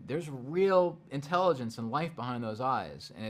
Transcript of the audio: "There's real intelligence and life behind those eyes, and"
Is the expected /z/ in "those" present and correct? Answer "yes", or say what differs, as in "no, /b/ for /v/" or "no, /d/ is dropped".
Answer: yes